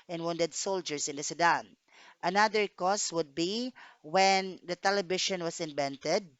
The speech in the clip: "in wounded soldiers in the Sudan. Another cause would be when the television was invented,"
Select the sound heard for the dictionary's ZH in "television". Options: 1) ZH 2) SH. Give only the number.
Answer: 2